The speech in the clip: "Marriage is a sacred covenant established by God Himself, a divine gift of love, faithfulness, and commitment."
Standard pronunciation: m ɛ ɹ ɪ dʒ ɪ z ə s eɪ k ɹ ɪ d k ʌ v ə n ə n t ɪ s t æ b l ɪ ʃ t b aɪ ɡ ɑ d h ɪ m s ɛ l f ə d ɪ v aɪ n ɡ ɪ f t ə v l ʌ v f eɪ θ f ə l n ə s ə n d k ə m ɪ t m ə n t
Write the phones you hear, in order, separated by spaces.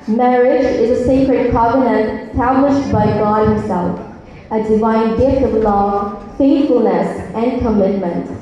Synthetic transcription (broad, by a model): m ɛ ɹ ɪ dʒ ɪ z ə s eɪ k ɹ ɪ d k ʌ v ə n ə n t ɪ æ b l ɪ ʃ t b aɪ ɡ ɑ d h ɪ m s ɛ l f ə d ɪ v aɪ n ɡ ɪ f t ə v l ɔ f eɪ θ f ə l n ə s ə n k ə m ɪ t m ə n t